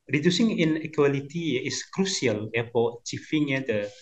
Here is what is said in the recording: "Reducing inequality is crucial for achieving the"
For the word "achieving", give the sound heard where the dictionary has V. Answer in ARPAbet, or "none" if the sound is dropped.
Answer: F